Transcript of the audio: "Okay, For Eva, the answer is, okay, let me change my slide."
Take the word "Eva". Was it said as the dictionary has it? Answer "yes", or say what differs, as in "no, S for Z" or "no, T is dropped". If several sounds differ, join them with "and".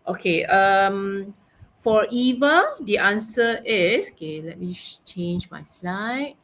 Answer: yes